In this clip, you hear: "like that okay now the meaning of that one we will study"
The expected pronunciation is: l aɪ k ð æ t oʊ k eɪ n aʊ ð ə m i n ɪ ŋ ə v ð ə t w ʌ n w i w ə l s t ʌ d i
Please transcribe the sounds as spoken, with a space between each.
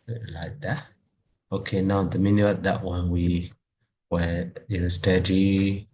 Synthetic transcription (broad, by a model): l aɪ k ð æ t oʊ k eɪ n aʊ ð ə m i n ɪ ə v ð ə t w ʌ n w i w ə n s t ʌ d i